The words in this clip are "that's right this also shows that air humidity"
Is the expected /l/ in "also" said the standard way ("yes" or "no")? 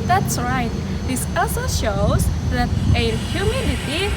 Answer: no